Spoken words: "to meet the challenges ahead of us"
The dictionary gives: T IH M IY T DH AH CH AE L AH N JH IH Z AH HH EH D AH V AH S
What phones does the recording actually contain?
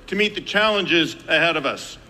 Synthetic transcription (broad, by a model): T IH M IY T DH AH CH AE L AH N JH IH Z AH HH EH D AH V AH S